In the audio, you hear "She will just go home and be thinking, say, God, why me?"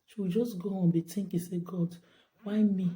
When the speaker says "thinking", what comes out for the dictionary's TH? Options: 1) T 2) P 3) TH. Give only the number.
1